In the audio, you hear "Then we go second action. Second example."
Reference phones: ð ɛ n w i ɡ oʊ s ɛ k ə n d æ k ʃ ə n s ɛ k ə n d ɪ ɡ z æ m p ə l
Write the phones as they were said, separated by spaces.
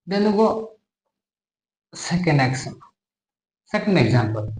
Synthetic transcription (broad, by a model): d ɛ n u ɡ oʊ s ɛ k ə n d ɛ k s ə s ɛ k ə n d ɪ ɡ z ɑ m p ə l